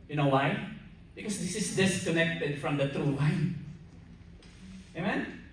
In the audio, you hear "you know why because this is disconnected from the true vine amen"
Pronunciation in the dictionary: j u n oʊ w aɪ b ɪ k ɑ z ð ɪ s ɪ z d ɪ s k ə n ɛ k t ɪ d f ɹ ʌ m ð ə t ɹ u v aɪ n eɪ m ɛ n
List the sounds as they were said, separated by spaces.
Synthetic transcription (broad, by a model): j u n oʊ w aɪ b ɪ k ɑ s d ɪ s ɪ s d ɪ s k ə n ɛ k t ɪ d f ɹ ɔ m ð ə t ɹ u w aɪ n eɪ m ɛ n